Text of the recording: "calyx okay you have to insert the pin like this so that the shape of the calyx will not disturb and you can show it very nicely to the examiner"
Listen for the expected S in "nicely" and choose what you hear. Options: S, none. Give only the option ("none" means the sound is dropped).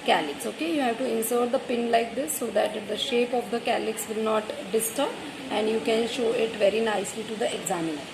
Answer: S